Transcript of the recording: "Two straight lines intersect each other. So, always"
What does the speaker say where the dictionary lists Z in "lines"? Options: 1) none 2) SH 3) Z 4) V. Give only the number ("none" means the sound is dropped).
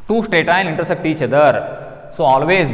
1